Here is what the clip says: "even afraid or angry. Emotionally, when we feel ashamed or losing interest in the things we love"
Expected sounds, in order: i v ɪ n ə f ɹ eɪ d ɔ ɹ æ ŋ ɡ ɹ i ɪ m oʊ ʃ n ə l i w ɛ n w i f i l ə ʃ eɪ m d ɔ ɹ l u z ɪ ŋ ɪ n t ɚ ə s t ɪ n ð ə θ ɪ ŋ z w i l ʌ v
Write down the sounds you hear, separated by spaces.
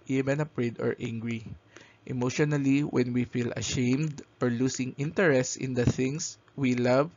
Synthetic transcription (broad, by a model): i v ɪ n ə p ɹ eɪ d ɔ ɹ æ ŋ ɡ ɹ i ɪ m oʊ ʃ n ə l i w ɛ n w i f i l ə ʃ eɪ m d ɔ ɹ l u s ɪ ŋ ɪ n t ɚ ə s t ɪ n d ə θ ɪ ŋ s w i l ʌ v